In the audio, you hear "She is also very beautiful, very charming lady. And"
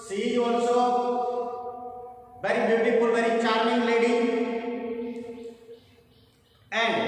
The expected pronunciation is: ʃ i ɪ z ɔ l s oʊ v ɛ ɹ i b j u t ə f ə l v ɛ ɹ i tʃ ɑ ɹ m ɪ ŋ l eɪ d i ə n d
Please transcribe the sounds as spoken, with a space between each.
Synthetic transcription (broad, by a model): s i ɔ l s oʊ b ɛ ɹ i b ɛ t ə p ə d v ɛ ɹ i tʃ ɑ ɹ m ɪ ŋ l eɪ d i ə n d